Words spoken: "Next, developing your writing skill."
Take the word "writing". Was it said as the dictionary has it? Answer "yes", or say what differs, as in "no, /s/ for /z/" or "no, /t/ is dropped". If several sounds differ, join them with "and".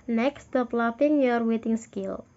no, /w/ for /ɹ/